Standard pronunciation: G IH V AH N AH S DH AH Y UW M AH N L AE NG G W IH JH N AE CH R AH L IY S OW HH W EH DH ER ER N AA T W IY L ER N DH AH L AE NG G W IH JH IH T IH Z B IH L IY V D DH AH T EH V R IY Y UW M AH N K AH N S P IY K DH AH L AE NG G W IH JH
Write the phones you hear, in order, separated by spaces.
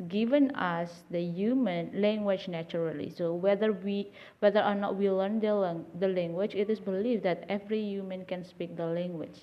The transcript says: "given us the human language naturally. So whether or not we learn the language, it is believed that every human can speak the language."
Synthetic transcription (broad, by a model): G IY V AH N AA S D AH Y UW M AH N L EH NG G W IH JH N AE CH R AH L IY S OW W W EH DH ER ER N AA T W IY L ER N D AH L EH NG G W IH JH IH T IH S B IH L IY F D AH T EH V R IY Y UW M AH N K AH N S P IY K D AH L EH NG G W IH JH